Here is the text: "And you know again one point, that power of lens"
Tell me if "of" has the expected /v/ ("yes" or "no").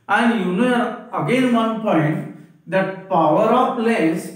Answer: no